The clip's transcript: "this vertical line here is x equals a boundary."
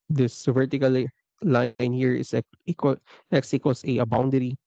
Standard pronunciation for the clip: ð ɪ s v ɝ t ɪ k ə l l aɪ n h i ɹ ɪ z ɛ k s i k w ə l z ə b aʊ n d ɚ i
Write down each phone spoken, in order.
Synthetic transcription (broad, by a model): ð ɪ s v ɝ t ɪ k ə l l aɪ n h i ɹ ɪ s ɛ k ɛ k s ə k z ə b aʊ n d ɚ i